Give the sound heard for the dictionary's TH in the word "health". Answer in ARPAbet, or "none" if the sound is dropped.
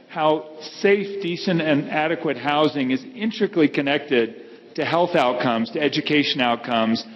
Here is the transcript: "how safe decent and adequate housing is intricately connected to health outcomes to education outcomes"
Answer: TH